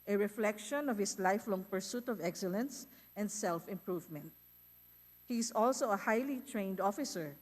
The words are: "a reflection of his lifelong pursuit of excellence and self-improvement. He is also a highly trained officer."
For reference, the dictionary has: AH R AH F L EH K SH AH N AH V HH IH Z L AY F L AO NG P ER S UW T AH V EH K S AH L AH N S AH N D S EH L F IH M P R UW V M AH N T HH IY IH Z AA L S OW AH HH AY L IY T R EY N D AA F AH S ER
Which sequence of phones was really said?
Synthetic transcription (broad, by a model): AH R AH F L EH K SH AH N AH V HH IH S L AY F L AO NG P ER S UW T AH V EH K S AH L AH N S AH N D S EH L F IH M P R UW V M AH N T HH IY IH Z AA L S OW AH HH AY L IY T R EY N D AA F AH S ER